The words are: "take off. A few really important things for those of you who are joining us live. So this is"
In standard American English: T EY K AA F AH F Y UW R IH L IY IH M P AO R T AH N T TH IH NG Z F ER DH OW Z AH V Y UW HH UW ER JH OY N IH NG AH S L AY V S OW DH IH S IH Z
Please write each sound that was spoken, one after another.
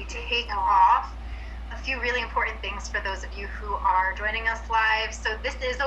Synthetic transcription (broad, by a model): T EY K AA F AH F Y UW R IH L IY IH M P AO R T N TH IH NG Z F ER DH OW Z AH V Y UW HH UW ER JH OY N IH NG AH S L AY V S OW DH IH S IH Z